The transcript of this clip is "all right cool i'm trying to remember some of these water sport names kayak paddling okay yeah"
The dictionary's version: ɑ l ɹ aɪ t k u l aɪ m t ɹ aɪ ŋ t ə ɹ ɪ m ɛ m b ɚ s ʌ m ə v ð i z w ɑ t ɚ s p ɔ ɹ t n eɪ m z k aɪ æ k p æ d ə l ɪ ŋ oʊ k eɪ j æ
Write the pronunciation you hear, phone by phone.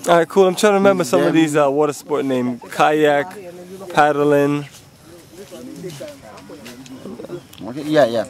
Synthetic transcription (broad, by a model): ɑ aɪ k u l aɪ m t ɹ aɪ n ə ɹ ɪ m ɛ m b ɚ s ʌ m ə v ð i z w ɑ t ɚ s p ɔ ɹ t n eɪ m k aɪ æ k p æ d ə l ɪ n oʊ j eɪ j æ